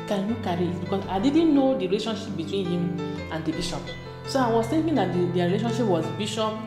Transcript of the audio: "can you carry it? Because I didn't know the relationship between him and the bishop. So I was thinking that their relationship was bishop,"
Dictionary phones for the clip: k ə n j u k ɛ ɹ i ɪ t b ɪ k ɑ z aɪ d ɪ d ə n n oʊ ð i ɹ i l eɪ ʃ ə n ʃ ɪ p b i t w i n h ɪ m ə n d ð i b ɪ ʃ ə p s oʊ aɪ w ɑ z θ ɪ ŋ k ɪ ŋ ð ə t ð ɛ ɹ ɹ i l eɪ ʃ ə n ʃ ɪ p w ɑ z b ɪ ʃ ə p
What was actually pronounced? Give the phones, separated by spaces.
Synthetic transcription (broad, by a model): k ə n j u k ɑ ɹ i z b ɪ k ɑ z aɪ d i d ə n n oʊ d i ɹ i l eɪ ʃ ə n ʃ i p b i t w i n h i m ə n d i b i ʃ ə p s oʊ aɪ w ɑ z t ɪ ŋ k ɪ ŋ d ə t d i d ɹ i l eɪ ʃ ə n ʃ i p w ɑ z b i ʃ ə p